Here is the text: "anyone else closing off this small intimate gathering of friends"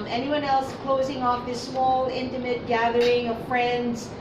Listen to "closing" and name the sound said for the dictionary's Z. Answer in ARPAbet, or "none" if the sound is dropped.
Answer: Z